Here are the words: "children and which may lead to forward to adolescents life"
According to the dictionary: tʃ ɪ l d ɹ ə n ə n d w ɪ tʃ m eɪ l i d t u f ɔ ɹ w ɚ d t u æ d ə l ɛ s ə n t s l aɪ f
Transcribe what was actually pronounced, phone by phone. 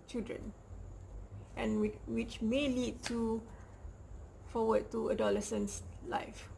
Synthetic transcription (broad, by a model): tʃ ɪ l d ɹ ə n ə n w ɪ tʃ m eɪ l i d t u f ɔ w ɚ d t u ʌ d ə l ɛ s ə n s l aɪ f